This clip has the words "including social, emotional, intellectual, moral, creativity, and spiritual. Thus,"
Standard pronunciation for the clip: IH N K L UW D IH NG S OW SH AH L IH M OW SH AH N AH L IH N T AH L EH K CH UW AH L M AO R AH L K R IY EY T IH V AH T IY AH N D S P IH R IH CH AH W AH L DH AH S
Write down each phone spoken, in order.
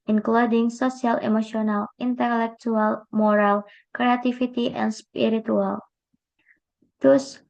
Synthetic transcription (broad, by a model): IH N K L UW D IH NG S OW S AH L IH M OW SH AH N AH L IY N T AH L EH K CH UW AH L M AO R AH L K R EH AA T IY F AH T IY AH N S P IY R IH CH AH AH L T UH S